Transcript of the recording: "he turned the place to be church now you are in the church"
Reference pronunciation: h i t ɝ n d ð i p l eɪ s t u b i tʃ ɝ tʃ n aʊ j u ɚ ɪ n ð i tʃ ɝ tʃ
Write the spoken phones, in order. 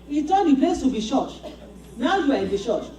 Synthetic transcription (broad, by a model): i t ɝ d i p l eɪ s t u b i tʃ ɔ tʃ n aʊ j u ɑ ɪ n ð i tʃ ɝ tʃ